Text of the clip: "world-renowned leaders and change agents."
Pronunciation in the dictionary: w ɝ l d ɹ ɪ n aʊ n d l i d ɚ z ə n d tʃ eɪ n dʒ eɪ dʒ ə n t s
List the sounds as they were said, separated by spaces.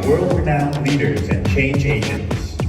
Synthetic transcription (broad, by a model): w ɝ l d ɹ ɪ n aʊ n l i d ɚ z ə n tʃ eɪ n dʒ eɪ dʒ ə n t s